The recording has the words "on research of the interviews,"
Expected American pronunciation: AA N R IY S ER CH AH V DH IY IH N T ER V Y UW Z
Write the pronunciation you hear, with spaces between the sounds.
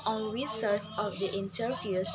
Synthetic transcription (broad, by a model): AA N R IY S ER S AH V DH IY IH N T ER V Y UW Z